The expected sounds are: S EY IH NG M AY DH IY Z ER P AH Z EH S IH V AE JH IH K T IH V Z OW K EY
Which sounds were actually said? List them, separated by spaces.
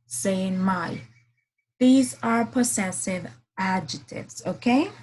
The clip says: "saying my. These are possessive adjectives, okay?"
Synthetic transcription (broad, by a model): S EY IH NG M AY DH IY Z ER P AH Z EH S IH V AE JH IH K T IH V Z OW K EY